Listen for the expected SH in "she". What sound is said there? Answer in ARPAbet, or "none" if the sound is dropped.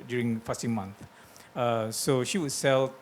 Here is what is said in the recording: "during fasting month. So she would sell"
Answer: SH